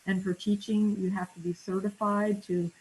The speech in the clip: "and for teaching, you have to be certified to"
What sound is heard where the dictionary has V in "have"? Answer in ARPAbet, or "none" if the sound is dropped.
F